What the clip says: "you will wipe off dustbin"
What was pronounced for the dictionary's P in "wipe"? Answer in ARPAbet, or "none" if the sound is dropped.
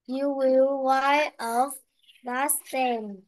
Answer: none